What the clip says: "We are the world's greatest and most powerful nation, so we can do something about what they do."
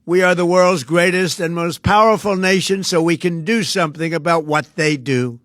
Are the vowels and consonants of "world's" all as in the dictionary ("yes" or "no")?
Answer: yes